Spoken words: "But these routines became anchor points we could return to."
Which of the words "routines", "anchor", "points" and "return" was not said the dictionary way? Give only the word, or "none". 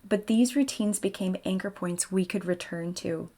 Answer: none